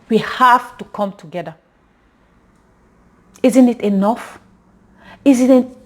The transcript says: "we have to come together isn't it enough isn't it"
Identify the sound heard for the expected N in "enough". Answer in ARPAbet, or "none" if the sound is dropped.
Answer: N